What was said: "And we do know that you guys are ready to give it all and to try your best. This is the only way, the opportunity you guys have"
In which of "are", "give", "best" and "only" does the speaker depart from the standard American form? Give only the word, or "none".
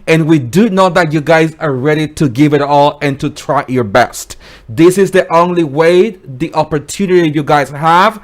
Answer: none